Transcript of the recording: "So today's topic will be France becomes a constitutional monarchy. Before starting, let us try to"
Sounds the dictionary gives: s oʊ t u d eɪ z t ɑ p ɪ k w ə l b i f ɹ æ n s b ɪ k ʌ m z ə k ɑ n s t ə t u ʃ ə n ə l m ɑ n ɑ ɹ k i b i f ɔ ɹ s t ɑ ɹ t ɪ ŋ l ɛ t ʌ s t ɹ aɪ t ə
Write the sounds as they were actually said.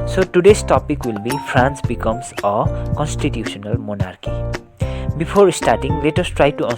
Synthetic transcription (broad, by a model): s oʊ t u d eɪ s t ɑ p ɪ k w ə l b i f ɹ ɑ n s b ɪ k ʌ m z ə k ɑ n s t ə t u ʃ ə n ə l m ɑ n ɑ ɹ k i b i p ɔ ɹ s t ɑ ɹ t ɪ ŋ l ɛ t ʌ s t ɹ aɪ t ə